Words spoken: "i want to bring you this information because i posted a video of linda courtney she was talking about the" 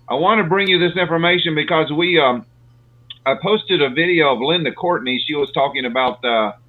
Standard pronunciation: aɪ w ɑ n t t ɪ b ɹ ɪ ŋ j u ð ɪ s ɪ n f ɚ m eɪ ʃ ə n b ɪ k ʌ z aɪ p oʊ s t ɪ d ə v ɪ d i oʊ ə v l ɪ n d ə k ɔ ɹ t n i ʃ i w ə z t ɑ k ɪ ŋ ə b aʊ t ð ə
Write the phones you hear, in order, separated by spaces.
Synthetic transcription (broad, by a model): aɪ w ɑ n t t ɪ b ɹ ɪ ŋ j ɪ ð ɪ s ɪ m f ɚ m eɪ ʃ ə n b ɪ k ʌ z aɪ p oʊ s t ɪ d ə v ɪ d i oʊ ə v l ɪ n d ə k ɔ ɹ t n i ʃ i w ə z t ɑ k ɪ ŋ ə b aʊ t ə